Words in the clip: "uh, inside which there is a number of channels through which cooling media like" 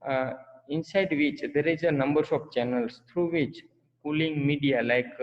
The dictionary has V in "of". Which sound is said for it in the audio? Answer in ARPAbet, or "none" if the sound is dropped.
P